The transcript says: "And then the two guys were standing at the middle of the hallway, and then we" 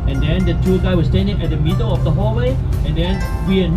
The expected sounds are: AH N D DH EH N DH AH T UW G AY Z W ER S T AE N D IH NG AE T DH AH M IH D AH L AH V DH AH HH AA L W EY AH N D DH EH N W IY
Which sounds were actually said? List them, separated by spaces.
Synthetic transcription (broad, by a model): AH N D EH N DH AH T UW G AY W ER S T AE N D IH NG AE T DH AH M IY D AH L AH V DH AH HH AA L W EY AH N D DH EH N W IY